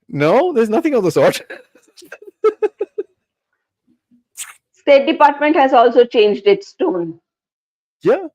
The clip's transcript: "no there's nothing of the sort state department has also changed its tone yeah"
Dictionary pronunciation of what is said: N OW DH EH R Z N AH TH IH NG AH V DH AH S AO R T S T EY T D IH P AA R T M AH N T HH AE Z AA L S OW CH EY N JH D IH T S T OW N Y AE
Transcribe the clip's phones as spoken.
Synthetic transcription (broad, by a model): N OW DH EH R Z N AH TH IH NG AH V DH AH S AO R T S T EY T D IH P AA R T M AH N T HH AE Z AA L S OW CH EY N JH D IH T S T OW N Y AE